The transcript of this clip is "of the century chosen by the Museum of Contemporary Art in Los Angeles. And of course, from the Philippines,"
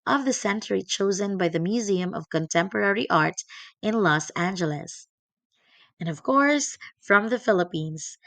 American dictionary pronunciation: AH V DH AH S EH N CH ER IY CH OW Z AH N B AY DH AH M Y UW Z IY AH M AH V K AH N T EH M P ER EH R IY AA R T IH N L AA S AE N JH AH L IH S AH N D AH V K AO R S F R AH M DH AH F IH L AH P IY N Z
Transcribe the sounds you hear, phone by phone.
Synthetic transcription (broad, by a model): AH V DH AH S EH N CH ER IY CH OW Z AH N B AY DH AH M Y UW Z IY AH M AH V K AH N T EH M P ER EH R IY AA R T IH N L AA S AE N JH AH L IH S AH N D AH V K AO R S F R AH M DH AH F IH L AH P IY N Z